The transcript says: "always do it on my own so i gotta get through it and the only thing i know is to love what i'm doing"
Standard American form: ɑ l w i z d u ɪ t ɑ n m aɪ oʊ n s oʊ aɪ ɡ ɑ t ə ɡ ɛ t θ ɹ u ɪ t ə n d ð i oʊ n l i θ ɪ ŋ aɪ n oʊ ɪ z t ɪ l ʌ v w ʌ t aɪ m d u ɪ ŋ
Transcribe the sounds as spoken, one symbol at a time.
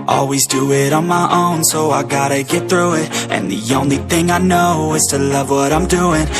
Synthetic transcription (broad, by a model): ɑ l w i z d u ɪ t n m aɪ oʊ n s oʊ aɪ ɡ ɑ t ə ɡ ɛ t θ ɹ u ɪ t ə n ð i oʊ n l i θ ɪ ŋ aɪ n oʊ ɪ z t ɪ l ʌ v w ʌ t aɪ m d u ɪ ŋ